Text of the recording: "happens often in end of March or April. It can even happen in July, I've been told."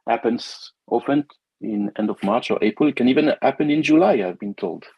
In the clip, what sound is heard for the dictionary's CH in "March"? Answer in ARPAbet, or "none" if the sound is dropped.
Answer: CH